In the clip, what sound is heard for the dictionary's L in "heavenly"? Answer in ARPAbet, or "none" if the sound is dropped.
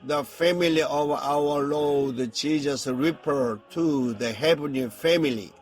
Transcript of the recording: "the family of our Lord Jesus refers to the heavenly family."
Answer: none